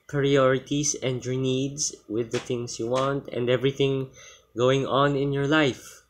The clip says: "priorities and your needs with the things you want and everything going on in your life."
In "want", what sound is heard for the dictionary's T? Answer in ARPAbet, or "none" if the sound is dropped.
T